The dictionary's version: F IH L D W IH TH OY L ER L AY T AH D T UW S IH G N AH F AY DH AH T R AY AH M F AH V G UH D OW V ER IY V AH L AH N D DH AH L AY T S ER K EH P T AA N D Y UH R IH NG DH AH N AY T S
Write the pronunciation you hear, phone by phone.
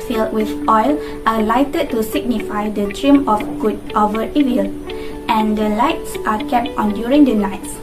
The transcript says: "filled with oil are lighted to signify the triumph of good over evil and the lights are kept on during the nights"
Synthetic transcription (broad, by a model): F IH L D W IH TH OY L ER L AY T AH D T UW S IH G N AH F AY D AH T R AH M AH F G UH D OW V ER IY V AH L AH N D AH L AY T S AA K EH P T AA N D Y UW R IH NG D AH N AY T S